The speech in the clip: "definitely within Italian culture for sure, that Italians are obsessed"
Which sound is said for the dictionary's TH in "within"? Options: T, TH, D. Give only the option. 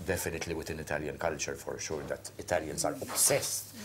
T